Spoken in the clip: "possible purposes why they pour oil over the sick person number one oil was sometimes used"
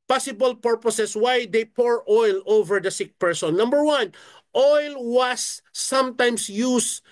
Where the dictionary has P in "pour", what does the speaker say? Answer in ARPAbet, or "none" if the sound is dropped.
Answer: P